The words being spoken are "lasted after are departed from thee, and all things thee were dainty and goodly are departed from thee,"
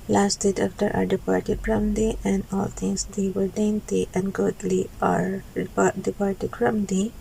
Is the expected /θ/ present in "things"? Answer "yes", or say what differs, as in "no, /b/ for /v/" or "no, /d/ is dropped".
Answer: no, /t/ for /θ/